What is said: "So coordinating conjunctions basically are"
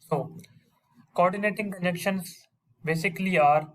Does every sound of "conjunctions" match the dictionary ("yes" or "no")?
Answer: no